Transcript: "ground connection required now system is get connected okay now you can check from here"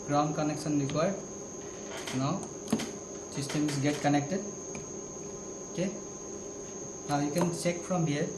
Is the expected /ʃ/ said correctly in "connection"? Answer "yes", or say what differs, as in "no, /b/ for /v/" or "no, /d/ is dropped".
no, /s/ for /ʃ/